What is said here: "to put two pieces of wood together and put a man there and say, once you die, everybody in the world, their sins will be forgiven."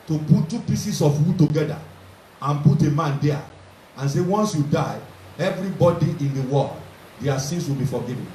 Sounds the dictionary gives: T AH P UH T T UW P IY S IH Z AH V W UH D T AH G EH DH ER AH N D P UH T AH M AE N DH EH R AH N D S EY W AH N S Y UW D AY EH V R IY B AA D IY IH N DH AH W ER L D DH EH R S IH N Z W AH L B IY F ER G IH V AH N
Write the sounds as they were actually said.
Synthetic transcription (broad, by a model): T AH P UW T T UW P IY S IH S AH F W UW T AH G EH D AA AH N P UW T AH M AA N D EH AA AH N S EY W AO N S Y UW D AY EH V R IY B AA D IY IH N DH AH W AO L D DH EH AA S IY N S W AH L B IY F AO G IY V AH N